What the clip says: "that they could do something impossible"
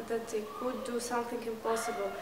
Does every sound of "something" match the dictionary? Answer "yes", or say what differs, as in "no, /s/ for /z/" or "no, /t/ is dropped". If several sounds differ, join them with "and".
no, /t/ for /θ/